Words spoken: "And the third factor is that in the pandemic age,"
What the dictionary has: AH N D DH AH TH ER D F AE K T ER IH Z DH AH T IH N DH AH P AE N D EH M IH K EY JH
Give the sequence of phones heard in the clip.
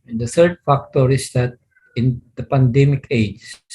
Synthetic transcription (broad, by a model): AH N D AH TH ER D F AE K T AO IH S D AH T IH N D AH P AE N D EH M IH K EY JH